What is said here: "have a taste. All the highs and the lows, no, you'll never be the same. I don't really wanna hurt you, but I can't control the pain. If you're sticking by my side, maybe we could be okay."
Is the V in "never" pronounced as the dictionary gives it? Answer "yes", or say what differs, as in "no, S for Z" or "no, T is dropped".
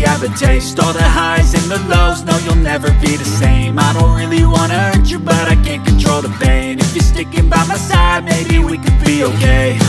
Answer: yes